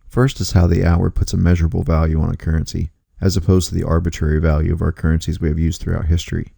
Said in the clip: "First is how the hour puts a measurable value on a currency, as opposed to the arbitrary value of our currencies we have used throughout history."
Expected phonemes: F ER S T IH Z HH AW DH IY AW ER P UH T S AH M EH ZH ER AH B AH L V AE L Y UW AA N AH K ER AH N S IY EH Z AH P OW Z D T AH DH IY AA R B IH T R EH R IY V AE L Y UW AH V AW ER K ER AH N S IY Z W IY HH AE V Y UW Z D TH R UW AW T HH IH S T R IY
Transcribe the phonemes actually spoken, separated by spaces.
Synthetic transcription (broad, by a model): F ER S T IH Z HH AW DH IY AW ER P UH T S AH M EH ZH ER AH B L V AE L Y UW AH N AH K ER AH N S IY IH Z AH P OW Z T AH DH IY AA R B IH T R EH R IY V AE L Y UW AH V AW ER K ER AH N S IY Z W IY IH V Y UW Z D TH R UW AW T HH IH S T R IY